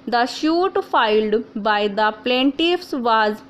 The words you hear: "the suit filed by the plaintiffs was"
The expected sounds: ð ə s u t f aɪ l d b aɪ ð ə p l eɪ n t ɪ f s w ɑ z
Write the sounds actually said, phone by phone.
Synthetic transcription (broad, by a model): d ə ʃ u t f aɪ l d b aɪ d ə p l eɪ n t ɪ f s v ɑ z